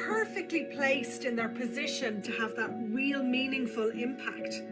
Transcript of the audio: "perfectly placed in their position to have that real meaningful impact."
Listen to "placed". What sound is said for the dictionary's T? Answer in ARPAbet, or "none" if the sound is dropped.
T